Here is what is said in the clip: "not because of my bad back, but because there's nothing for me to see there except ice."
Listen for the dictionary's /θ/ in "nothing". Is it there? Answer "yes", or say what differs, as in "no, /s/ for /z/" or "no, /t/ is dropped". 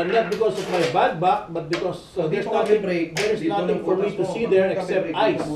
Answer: no, /t/ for /θ/